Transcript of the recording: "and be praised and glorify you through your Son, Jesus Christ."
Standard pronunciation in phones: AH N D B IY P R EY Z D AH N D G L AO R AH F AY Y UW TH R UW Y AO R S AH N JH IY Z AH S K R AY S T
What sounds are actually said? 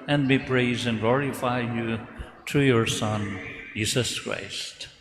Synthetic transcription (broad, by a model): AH N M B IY P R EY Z AH N G L AO R AH F AY Y UW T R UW Y AO R S AH N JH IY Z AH S K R AY S T